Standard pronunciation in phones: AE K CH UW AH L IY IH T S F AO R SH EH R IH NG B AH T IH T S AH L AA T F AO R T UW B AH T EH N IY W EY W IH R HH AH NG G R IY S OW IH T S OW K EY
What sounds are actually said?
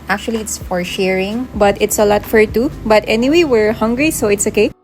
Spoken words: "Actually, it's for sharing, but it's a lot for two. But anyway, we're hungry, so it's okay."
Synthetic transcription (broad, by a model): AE K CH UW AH L IY IH T S F AO R SH EH R IH NG B AH T IH T S AH L AA T F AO R T UW B AH T EH N IY W EY W IH R HH AH NG G R IY S OW IH T S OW K EY